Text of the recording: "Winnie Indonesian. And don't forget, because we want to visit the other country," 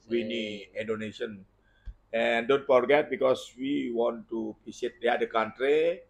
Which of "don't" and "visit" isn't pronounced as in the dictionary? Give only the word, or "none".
visit